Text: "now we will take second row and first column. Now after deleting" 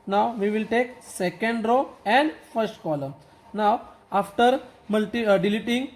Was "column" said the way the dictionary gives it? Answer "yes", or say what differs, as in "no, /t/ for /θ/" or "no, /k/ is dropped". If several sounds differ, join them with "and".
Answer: yes